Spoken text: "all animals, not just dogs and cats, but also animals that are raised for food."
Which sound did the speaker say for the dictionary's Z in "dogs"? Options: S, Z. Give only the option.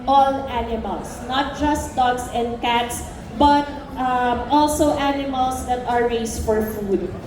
S